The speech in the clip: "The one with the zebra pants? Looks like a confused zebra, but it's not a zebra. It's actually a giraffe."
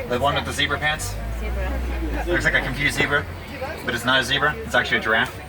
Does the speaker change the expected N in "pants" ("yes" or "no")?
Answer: no